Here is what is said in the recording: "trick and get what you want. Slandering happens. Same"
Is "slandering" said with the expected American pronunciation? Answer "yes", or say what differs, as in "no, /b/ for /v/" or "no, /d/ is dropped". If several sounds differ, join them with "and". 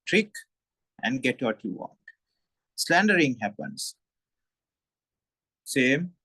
yes